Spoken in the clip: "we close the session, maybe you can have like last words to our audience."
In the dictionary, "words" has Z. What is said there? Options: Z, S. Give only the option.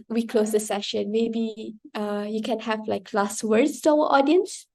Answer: S